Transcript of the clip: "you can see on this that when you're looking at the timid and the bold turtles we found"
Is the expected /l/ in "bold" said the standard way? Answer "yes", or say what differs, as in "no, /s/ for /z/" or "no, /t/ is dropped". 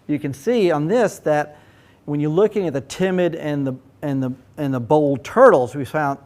yes